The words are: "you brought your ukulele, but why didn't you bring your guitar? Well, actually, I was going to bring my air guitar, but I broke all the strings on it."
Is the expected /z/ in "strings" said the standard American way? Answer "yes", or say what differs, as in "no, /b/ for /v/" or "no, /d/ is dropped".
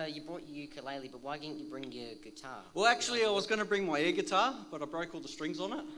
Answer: yes